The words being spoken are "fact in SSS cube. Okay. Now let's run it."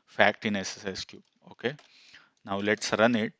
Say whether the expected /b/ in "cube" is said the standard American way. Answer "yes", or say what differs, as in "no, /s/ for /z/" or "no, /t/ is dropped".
no, /b/ is dropped